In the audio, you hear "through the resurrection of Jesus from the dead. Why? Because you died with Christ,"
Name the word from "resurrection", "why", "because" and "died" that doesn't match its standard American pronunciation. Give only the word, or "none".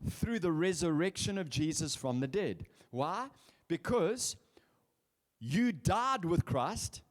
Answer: none